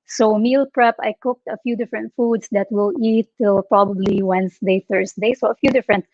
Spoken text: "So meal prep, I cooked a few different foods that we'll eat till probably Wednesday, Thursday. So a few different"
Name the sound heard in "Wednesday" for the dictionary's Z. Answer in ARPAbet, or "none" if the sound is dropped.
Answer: S